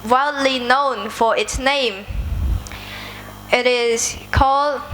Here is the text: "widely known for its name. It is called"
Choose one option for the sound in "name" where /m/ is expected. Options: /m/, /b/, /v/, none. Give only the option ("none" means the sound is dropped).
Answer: /m/